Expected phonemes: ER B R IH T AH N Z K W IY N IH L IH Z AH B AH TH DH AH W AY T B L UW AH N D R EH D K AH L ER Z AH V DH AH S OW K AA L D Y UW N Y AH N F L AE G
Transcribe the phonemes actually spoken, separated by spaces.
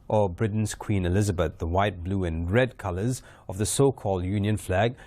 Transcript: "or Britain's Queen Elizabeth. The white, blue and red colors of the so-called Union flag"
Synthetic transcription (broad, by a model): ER B R IH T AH N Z K W IY N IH L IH Z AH B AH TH DH AH W AY T B L UW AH N R EH D K AH L ER Z AH V DH AH S OW K AA L D Y UW N Y AH N F L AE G